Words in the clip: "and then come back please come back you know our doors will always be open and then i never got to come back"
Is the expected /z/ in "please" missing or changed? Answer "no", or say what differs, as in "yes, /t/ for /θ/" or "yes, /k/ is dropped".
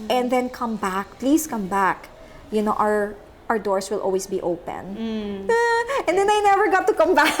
yes, /s/ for /z/